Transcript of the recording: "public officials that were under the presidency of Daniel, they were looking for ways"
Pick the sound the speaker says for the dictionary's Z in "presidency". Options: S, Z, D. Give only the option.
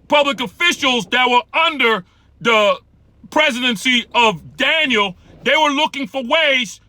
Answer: Z